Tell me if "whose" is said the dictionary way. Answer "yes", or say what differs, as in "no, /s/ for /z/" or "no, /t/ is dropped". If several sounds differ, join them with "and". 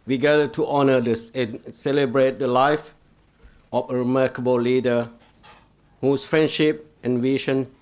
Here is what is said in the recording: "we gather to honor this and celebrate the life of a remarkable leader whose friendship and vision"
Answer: no, /s/ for /z/